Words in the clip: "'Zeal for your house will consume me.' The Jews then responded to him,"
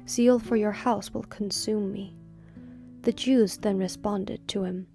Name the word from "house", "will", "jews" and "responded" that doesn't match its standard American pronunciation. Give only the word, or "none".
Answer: none